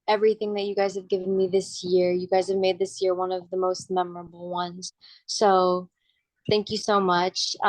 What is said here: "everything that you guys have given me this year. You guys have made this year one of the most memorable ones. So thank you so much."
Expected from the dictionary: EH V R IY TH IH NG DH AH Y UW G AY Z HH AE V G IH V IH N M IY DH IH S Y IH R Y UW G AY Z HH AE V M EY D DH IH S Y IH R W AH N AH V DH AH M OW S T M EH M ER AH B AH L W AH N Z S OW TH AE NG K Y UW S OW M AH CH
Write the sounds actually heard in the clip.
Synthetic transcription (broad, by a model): EH V R IY TH IH NG DH AH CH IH G AY Z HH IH V G IH V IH N M IY DH IH S Y IH R Y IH G AY Z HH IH V M EY D DH IH S Y IH R W AH N AH V DH AH M OW S T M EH M ER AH B L W AH N Z S OW TH AE NG K Y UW S OW M AH CH